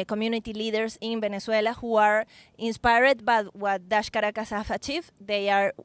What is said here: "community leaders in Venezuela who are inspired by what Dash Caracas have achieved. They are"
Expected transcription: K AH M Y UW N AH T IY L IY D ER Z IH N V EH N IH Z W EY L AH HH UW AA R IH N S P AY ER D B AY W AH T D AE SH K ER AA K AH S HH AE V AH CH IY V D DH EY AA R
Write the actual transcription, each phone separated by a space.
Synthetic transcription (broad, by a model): K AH M Y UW N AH T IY L IY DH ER S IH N B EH N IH S W EY L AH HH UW AA R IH N S P AY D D B AY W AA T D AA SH K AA AA K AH S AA F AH CH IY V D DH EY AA R